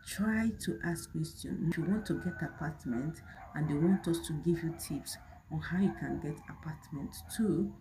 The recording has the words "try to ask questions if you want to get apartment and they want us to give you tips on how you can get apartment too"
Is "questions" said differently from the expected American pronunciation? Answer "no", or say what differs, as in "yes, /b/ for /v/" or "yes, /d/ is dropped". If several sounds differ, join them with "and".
yes, /z/ is dropped